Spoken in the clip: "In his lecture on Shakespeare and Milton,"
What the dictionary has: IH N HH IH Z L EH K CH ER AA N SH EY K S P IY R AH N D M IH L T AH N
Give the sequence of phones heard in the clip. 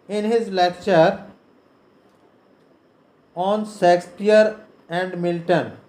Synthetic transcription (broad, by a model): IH N HH IH Z L EH K CH ER AA N S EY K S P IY R AH N D M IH L T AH N